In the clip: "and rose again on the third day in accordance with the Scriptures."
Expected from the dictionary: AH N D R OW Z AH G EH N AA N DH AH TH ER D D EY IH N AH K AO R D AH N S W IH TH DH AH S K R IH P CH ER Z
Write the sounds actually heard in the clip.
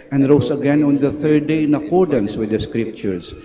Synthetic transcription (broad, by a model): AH N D R OW S AH G EH N AA N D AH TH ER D D EY IH N AH K AO R D AH N S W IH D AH S K R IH P CH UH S